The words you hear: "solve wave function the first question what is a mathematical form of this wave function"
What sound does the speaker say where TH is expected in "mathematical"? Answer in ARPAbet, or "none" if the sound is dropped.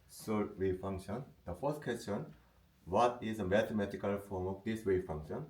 T